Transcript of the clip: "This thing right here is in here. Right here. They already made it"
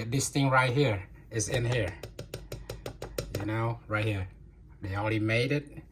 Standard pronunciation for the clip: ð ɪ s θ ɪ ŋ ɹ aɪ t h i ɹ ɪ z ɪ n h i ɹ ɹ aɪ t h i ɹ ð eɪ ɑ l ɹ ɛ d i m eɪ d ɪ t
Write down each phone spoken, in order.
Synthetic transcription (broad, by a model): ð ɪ s θ ɪ ŋ ɹ aɪ t h i ɹ ɪ z ɪ n h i ɹ ɹ aɪ t h i ɹ ð eɪ ɑ l ɹ ɛ d i m eɪ d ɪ t